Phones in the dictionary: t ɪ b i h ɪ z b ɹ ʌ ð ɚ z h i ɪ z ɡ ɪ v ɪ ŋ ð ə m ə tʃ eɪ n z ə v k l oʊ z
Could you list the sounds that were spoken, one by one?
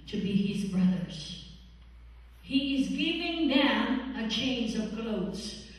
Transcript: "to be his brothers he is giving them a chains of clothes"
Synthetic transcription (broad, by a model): t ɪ b i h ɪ z b ɹ ʌ ð ɚ z h i ɪ z ɡ ɪ v ɪ ŋ ð ə m ə tʃ eɪ n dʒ ə v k l oʊ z